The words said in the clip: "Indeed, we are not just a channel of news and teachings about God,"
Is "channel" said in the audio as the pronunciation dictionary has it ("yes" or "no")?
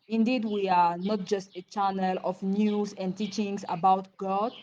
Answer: yes